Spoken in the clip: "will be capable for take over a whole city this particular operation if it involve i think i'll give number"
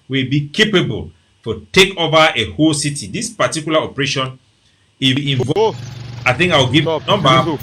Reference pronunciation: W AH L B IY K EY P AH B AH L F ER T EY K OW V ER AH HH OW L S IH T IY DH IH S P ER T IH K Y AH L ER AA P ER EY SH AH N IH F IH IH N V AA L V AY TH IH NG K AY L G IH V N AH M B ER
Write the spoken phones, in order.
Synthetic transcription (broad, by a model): W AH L B IY K EY P AH B AH L F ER T EY K OW V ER AH HH OW L S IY T IY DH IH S P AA T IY K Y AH L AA AA P ER EY SH AH N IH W IH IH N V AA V AY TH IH NG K AY W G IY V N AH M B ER